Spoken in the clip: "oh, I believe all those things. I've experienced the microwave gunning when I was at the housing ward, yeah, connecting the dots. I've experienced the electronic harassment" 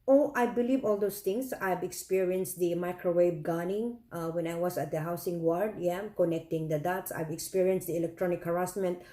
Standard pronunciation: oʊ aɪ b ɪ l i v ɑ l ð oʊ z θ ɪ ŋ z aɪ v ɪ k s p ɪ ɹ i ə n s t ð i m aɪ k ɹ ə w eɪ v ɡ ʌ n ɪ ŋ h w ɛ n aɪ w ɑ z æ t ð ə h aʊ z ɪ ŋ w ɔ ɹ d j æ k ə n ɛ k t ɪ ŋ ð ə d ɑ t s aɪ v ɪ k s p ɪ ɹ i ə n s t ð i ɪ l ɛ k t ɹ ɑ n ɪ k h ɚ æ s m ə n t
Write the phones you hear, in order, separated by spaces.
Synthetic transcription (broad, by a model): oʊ aɪ b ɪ l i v ɑ l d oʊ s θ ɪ ŋ s aɪ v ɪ k s p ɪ ɹ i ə n s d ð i m aɪ k ɹ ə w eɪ b ɡ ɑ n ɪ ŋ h w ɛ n aɪ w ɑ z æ t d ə h aʊ s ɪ ŋ w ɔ ɹ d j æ k ə n ɛ k t ɪ ŋ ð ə d ɑ t s aɪ v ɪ k s p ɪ ɹ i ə n s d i ɪ l ɛ k t ɹ ɑ n ɪ k h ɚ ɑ s m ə n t